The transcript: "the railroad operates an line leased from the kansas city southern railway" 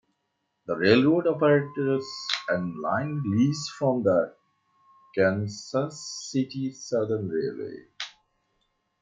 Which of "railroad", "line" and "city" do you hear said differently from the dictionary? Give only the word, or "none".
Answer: none